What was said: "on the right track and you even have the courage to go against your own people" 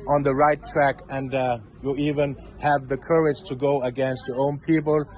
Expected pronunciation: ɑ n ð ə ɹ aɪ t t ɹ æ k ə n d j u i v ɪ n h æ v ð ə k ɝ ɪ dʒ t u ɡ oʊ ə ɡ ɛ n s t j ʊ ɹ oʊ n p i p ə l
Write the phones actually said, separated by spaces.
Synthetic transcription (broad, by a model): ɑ n ð ə ɹ aɪ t t ɹ æ k ə n d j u i v ɪ n h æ v ð ə k ɝ ɪ dʒ t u ɡ oʊ ə ɡ ɛ n s t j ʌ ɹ oʊ n p i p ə l